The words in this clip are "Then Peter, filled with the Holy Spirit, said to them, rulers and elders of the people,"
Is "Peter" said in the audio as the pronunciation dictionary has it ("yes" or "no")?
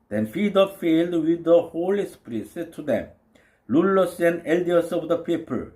no